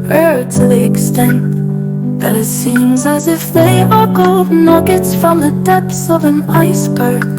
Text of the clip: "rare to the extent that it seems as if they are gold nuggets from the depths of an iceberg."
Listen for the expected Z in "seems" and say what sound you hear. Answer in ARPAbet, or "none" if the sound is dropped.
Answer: Z